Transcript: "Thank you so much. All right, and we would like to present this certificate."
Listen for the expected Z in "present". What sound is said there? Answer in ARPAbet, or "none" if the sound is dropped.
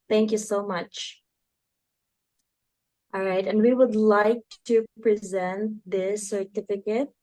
Z